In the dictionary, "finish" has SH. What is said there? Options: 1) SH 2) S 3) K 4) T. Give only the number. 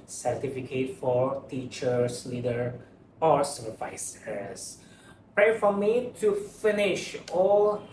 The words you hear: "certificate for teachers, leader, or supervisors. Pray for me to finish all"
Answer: 1